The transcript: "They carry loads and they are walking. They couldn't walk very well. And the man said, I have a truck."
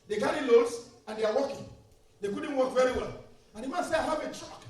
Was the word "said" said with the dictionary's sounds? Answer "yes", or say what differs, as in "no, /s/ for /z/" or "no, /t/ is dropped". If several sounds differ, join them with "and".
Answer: no, /d/ is dropped